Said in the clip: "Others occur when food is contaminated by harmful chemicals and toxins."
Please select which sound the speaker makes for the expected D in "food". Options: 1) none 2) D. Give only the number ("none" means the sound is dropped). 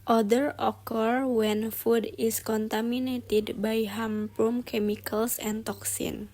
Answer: 2